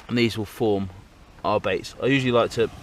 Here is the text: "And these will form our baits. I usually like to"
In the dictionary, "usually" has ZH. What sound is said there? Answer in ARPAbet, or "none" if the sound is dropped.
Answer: ZH